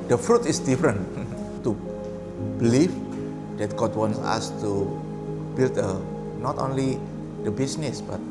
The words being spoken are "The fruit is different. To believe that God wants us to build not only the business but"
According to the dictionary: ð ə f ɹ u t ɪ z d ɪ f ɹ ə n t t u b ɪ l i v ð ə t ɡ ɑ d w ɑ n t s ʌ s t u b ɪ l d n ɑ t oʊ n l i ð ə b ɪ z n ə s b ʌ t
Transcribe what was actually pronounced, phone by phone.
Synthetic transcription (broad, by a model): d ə f ɹ u t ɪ s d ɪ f ɹ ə n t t u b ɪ l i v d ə t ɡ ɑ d w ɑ n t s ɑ s t u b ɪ l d n ɑ t oʊ n l i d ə b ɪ s n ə s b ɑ t